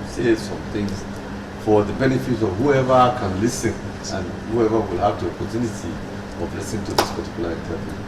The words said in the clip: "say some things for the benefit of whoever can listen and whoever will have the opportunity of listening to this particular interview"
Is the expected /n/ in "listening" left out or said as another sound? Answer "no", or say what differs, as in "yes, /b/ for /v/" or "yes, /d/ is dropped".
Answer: yes, /n/ is dropped